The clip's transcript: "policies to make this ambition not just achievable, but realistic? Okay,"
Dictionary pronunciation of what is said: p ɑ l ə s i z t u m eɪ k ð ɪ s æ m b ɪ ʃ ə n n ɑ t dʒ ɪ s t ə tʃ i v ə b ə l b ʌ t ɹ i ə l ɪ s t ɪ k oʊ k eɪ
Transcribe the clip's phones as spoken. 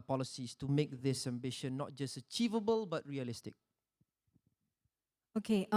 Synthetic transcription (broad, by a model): p ɑ l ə s i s t u m eɪ k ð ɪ s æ m b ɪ ʃ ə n n ɑ t dʒ ɪ s t ə tʃ i v ə b ə l b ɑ t ɹ i ə l ɪ s t ɪ k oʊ k eɪ